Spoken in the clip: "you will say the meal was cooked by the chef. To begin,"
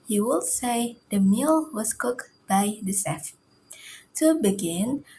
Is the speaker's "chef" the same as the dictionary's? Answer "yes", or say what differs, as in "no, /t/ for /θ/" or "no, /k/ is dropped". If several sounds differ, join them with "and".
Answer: no, /s/ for /ʃ/